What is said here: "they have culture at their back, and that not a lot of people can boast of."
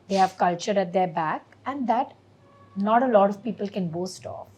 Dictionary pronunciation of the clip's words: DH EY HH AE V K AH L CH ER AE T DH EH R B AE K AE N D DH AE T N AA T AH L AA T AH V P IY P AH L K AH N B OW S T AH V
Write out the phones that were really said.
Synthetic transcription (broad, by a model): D EY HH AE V K AH L CH ER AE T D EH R B AE K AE N D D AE T N AA T AH L AA T AH V P IY P AH L K AH N B OW S T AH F